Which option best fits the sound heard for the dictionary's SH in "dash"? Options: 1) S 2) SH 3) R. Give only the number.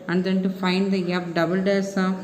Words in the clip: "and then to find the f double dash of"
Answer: 1